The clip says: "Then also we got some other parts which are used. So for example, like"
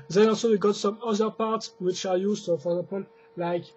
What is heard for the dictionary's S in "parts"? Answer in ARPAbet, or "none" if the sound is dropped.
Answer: S